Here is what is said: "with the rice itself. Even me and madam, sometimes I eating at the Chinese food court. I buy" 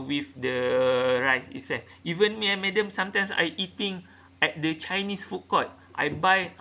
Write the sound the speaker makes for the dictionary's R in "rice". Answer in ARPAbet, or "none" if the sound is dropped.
R